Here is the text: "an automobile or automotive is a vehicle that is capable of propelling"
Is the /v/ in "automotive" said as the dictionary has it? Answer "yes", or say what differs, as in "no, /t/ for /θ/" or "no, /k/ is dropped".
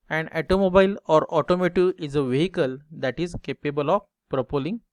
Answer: no, /v/ is dropped